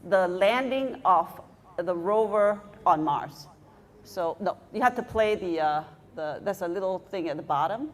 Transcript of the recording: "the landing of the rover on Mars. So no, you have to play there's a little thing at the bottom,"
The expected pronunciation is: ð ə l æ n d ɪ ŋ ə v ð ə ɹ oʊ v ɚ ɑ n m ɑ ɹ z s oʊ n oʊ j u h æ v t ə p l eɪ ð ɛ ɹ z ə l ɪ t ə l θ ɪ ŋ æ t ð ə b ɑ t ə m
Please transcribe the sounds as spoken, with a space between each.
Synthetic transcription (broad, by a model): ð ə l æ n d ɪ ŋ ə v ð ə ɹ oʊ v ɚ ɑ n m ɑ ɹ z s oʊ n oʊ j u h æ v t ə p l eɪ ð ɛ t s ə l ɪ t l θ ɪ ŋ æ t ð ə b ɑ t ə m